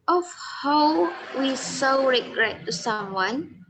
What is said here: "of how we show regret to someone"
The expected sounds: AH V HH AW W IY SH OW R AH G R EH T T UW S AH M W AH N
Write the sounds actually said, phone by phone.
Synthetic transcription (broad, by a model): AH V HH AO W IY S OW R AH G R EH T T UW S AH M W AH N